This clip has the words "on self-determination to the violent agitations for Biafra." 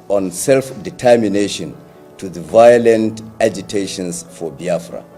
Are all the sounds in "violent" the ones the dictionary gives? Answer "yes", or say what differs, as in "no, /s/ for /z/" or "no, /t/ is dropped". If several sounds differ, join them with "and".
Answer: yes